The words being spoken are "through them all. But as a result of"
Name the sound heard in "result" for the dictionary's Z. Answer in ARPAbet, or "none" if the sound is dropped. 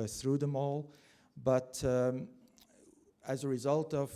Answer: Z